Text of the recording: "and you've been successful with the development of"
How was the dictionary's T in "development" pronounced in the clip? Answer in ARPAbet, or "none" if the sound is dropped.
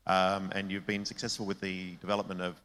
T